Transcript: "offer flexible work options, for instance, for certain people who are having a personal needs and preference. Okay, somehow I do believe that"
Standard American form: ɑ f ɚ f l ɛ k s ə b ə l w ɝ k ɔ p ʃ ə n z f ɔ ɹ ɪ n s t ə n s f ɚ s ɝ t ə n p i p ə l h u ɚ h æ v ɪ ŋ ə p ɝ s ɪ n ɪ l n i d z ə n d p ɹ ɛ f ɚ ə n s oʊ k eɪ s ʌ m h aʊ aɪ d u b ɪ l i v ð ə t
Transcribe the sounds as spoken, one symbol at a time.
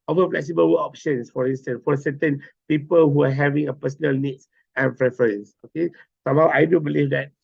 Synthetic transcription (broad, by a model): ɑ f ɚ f l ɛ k s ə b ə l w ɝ ɔ p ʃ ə n s f ɔ ɹ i n s t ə n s f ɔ s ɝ t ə n p i p ə l h u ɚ h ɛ v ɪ ŋ ə p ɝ s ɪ n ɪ l n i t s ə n p ɹ ɛ f ɚ ə n s oʊ k eɪ s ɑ m h aʊ aɪ d u b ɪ l i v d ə t